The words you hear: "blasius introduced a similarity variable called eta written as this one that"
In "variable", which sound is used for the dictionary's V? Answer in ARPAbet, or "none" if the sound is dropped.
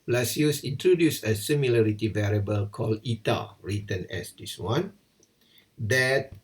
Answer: V